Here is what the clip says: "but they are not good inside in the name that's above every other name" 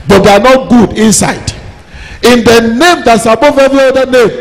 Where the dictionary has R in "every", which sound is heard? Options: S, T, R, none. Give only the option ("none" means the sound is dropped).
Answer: none